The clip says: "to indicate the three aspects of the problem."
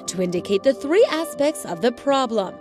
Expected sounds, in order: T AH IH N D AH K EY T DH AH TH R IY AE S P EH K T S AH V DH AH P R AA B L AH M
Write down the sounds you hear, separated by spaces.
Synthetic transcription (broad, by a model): T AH IH N D AH K EY T DH AH TH R IY AE S P EH K T S AH V DH AH P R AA B L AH M